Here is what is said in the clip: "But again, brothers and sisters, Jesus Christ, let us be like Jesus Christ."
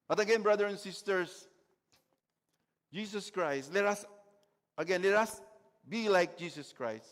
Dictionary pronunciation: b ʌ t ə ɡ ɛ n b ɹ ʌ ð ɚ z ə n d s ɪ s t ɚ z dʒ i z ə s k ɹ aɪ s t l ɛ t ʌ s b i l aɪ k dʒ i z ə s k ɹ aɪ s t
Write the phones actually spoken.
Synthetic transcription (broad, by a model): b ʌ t ə ɡ ɛ n b ɹ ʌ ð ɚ ə n s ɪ s t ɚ s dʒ i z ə s k ɹ aɪ s t l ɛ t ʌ s b i l aɪ k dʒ i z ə s k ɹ aɪ s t